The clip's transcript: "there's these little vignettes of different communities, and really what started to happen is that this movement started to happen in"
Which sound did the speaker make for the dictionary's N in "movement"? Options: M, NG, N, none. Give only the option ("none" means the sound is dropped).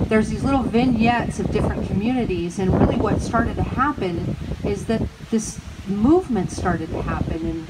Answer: N